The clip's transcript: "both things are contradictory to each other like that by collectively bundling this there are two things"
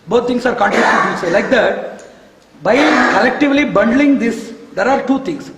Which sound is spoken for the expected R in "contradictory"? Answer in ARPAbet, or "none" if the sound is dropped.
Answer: none